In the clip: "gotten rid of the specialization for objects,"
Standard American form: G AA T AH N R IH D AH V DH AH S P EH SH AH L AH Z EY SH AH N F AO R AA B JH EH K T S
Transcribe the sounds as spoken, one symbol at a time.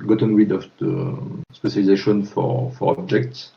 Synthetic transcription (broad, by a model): G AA T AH N W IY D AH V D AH S P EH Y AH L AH Z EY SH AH N F AO R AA B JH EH K T S